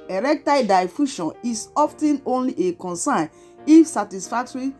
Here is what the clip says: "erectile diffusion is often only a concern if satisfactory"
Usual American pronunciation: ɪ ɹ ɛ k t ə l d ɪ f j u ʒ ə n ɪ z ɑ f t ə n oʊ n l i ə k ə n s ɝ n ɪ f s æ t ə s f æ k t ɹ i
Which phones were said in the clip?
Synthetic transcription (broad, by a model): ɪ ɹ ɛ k t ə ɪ d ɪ f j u ʃ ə n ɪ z ɑ f t ə n oʊ n l i ə k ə n s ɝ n ɪ f s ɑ t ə s f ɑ k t ɹ i